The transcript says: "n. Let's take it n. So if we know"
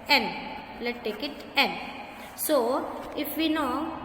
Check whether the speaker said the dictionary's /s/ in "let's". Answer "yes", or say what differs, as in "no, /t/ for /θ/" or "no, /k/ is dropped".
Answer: no, /s/ is dropped